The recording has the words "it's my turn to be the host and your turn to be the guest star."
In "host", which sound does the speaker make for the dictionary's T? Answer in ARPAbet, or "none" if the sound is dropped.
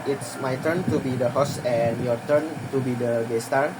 none